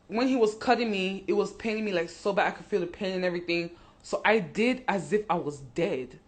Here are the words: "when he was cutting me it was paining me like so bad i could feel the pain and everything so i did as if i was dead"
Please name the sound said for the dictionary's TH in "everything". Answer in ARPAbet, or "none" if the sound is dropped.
TH